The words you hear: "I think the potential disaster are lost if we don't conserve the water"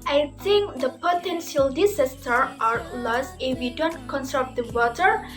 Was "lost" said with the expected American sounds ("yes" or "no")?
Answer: no